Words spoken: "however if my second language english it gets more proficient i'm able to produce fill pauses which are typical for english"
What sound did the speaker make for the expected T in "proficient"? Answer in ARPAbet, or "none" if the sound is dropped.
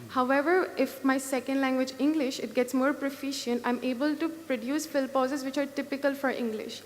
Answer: T